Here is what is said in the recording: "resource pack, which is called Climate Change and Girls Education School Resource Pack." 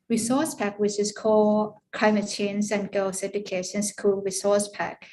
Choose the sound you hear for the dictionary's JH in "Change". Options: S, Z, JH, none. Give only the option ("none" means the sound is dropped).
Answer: Z